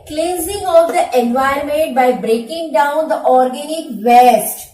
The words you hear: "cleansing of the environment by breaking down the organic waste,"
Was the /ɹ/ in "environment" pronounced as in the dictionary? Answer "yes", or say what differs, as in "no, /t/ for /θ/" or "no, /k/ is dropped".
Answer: no, /ɹ/ is dropped